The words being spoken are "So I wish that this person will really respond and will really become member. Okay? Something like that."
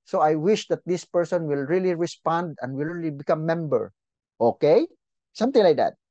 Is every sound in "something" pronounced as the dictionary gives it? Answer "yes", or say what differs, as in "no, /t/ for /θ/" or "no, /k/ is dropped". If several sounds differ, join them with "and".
no, /t/ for /θ/